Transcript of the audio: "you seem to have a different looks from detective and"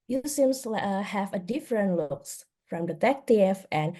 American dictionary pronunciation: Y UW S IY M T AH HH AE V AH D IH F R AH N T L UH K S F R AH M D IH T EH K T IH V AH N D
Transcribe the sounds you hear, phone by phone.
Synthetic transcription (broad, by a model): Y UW S IY M S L HH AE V AH D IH F R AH N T L UH K S F R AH M D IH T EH K T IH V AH N